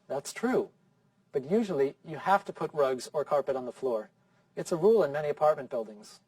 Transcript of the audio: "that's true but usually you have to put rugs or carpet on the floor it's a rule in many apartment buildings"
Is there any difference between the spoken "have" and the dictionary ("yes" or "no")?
yes